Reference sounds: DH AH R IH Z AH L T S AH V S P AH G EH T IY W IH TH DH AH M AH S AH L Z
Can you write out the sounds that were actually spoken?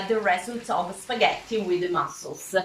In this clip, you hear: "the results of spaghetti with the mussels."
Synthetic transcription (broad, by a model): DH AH R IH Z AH N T AH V S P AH G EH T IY W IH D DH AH M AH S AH L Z